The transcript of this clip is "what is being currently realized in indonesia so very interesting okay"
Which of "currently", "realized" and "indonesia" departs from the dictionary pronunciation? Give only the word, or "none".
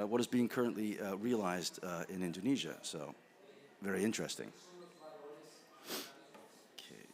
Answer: none